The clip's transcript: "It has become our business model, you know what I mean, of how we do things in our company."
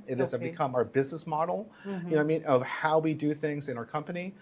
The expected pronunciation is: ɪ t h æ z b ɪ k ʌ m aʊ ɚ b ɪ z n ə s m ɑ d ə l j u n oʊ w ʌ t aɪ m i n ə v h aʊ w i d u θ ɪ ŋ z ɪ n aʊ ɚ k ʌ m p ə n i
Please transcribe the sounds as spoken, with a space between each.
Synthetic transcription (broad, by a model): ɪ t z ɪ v b ɪ k ʌ m aʊ ɚ b ɪ z n ə s m ɑ d l j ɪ n oʊ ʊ aɪ m i n ə v h aʊ w i d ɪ θ ɪ ŋ z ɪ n aʊ ɚ k ʌ m p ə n i